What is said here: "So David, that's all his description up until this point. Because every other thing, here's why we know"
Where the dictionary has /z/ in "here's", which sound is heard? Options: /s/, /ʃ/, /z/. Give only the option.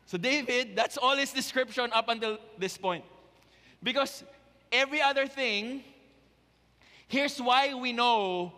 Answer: /s/